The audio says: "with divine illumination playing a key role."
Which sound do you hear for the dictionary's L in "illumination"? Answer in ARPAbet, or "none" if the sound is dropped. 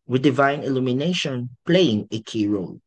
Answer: L